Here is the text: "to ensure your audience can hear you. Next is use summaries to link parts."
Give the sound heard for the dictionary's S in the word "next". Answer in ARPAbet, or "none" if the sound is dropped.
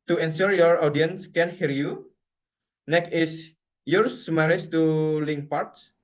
none